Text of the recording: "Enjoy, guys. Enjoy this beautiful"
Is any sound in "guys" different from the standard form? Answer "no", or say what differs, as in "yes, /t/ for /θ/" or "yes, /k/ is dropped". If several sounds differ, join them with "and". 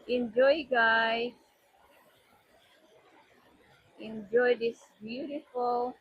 yes, /z/ is dropped